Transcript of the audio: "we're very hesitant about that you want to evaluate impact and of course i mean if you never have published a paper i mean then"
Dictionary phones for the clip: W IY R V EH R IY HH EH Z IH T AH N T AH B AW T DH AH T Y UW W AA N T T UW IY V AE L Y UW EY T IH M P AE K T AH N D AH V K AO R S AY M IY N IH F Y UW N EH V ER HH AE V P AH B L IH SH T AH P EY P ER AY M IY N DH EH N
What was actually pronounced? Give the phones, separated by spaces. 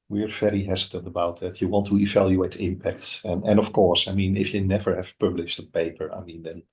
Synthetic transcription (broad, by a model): W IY R V EH R IY HH EH Z IH T AH N T AH B AW T DH AH T Y UW W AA N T T UW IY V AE L Y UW EY T IH M P AE K T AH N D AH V K AO R S AY M IY N IH F Y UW N EH V ER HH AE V P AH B L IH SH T AH P EY P ER AY M IY N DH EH N